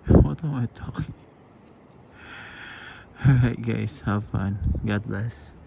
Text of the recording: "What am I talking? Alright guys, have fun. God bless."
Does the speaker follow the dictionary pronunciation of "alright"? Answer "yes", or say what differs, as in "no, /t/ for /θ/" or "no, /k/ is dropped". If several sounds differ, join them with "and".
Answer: no, /l/ is dropped